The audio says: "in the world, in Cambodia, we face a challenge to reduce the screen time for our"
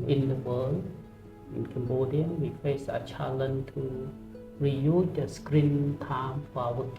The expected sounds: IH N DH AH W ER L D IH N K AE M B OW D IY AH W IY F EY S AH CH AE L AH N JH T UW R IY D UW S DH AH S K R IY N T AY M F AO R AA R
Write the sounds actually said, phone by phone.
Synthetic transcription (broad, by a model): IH N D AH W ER L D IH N K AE M B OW D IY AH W IY F EY S AH CH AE L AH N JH T UW R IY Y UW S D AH S K R IY N T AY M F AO W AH